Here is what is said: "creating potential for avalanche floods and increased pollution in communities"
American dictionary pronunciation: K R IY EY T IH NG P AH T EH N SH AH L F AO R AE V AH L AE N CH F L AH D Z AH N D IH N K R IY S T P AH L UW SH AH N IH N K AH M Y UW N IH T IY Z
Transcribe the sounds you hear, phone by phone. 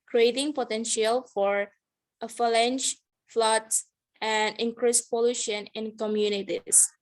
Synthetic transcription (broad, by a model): K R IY EY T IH NG P AH T EH N SH AH L F AO R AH F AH L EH N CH F L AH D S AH N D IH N K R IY S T P AH L UW SH AH N IH N K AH M Y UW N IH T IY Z